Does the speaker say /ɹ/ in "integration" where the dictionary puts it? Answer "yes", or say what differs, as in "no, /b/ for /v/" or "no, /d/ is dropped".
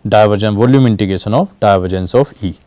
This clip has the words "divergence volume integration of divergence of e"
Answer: no, /ɹ/ is dropped